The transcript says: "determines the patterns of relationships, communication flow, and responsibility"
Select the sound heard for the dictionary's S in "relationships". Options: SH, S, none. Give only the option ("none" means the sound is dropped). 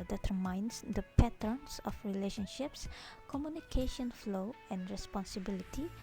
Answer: S